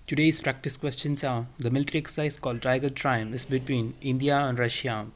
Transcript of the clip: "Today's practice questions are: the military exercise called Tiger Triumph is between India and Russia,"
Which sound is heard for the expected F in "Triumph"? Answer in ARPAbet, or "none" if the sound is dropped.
none